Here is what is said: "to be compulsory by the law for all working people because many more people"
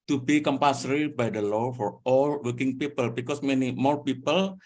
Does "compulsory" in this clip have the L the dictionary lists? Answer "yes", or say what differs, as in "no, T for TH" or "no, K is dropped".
no, L is dropped